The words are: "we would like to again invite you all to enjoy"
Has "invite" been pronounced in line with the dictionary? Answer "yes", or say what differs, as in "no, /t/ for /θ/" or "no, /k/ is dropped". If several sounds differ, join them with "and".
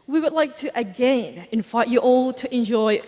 no, /f/ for /v/